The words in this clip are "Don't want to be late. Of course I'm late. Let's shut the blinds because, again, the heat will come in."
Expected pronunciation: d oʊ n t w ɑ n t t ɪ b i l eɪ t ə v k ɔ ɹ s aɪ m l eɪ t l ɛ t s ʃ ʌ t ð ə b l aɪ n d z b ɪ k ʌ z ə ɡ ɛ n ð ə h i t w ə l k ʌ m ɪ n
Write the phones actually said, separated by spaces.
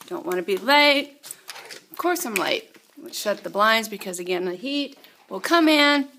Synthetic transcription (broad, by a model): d oʊ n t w ɑ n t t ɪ b i l eɪ t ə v k ɔ ɹ s aɪ m l eɪ t w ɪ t ʃ ʌ t ð ə b l aɪ n d z b ɪ k ʌ z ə ɡ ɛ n ð ə h i t w ə l k ʌ m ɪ n